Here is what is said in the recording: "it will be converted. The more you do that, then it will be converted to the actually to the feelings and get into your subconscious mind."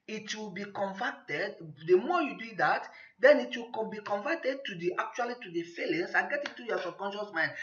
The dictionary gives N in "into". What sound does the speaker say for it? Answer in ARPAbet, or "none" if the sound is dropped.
none